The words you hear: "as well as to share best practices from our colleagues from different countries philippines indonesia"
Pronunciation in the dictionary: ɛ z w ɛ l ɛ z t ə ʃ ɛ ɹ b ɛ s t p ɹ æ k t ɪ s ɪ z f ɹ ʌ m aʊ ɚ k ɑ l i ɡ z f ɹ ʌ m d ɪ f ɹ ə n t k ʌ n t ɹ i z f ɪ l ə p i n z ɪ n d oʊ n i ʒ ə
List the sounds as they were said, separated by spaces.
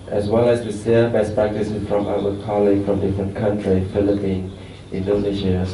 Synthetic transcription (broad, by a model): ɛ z w ɛ l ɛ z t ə s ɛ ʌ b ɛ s p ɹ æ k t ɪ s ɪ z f ɹ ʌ m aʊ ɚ k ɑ l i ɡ s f ɹ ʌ m d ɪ f ɹ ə n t k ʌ n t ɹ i f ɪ l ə p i n ɪ n d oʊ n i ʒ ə